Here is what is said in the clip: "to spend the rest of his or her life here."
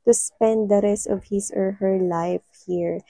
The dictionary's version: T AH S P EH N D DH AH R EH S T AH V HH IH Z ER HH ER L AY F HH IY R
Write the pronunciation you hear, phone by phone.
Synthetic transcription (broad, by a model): T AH S P EH N D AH R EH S AH V HH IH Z ER HH ER L AY F HH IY R